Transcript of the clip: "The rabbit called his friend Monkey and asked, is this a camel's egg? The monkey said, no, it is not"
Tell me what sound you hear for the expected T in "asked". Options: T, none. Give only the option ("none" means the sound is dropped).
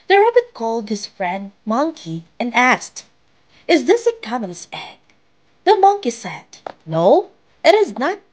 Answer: T